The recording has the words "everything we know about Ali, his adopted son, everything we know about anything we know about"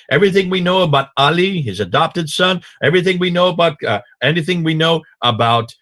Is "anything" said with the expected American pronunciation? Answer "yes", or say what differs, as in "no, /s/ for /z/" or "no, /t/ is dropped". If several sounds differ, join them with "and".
yes